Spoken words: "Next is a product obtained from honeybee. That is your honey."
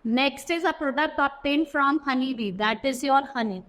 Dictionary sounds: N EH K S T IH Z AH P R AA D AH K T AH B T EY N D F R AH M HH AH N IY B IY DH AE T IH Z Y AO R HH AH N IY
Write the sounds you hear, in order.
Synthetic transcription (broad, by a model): N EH K S T IH Z AH P R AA D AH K T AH T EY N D F R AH M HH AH N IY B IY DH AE T IH Z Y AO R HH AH N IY